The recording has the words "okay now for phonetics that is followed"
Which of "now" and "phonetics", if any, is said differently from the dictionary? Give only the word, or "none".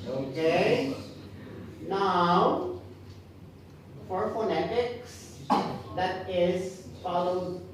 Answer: none